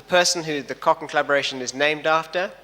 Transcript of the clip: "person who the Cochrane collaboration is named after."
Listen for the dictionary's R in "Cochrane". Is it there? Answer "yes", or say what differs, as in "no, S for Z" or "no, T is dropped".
no, R is dropped